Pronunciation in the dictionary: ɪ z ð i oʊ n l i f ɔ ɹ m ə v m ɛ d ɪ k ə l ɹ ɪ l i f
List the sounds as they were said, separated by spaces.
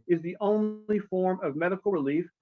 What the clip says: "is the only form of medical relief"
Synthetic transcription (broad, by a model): ɪ z ð i oʊ n l i f ɔ ɹ m ə v m ɛ d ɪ k l ɹ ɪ l i f